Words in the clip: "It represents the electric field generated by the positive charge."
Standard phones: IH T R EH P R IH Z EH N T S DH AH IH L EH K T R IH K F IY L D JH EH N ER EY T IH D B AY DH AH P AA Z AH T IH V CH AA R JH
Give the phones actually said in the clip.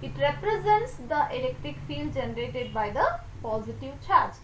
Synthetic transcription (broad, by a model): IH T R EH P R IH Z EH N T S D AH IH L EH K T R IH K F IY L D JH EH N ER EY T IH D B AY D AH P AA Z AH T IH V CH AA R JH